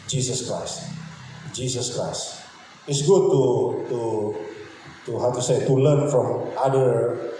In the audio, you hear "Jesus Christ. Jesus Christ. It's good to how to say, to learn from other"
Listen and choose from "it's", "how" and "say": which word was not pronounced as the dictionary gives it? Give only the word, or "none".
none